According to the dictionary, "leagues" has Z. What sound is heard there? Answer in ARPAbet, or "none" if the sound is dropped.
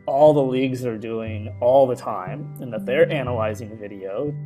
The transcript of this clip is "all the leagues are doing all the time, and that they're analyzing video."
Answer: Z